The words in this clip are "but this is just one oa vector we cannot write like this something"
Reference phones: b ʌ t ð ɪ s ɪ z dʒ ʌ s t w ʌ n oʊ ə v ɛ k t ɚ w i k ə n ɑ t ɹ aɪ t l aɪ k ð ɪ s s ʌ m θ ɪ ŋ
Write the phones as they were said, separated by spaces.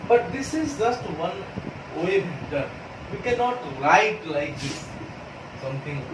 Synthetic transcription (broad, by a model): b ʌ t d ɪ s ɪ z dʒ ʌ s t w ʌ n oʊ ə b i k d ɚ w i k ə n ɑ t ɹ aɪ t l aɪ k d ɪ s s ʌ m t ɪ ŋ